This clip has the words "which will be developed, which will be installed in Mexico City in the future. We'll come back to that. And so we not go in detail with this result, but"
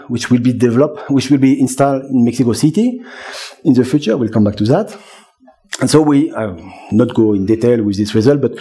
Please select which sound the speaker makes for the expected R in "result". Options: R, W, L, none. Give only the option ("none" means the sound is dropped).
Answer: R